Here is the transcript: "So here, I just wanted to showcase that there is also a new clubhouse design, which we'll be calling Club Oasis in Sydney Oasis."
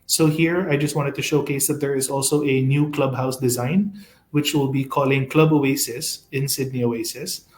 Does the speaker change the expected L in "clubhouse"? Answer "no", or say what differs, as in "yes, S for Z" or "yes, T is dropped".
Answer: no